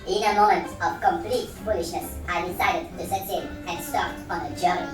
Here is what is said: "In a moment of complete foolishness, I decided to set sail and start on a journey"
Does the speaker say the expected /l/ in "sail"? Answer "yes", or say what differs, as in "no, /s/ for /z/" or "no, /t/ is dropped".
no, /n/ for /l/